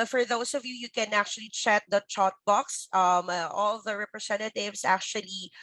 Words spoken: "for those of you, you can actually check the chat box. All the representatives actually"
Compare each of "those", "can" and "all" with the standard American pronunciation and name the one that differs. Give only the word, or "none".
those